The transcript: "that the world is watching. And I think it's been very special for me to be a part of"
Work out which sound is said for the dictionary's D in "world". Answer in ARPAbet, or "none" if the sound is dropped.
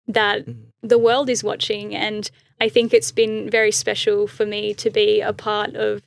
D